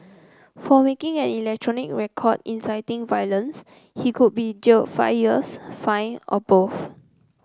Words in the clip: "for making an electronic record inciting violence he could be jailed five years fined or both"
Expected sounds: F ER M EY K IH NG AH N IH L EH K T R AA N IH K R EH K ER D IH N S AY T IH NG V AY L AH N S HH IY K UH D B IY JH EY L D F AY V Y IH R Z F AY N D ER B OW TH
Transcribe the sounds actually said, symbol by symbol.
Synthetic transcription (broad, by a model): F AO M EY K IH NG AH N IH L EH K T R AA N IH K R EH K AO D IH N S AY T IH NG V AY L AH N S HH IY K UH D B IY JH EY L F AY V Y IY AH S F AY N AO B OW F